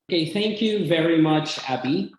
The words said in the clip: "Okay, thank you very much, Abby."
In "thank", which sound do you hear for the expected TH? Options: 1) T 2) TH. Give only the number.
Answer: 2